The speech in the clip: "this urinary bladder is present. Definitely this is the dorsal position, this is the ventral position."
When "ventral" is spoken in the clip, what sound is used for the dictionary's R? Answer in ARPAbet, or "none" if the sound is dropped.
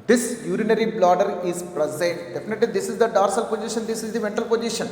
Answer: none